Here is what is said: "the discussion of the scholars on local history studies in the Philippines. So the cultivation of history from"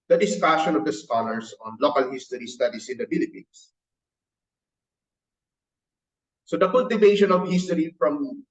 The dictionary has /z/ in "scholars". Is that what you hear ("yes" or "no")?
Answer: no